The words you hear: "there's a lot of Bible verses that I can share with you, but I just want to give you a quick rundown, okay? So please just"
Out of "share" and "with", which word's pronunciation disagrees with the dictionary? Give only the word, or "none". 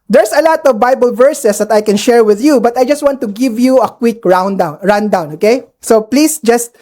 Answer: none